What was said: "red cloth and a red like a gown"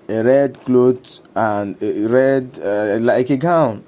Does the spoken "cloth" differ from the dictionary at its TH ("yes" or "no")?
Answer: yes